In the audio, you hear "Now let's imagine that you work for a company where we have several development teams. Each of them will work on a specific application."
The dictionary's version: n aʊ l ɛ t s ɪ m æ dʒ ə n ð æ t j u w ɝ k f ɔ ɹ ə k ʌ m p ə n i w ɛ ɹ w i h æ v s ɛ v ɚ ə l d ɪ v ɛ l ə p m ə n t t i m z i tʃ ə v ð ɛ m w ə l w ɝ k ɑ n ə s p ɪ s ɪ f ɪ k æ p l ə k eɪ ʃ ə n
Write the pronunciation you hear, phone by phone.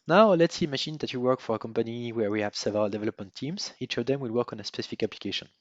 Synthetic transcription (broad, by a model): n aʊ l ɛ t s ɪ m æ ʃ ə n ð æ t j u w ɝ k f ɔ ɹ ə k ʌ m p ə n i w ɛ ɹ w i h æ v s ɛ v ɚ ə l d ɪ v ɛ l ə p m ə n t t i m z i tʃ ə v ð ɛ m w ə l w ɝ k ɑ n ə s p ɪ s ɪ f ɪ k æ p l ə k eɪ ʃ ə n